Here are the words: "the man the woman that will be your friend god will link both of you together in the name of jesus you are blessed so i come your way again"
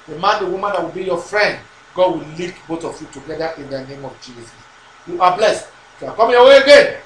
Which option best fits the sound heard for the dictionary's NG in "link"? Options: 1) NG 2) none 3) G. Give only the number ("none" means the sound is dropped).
2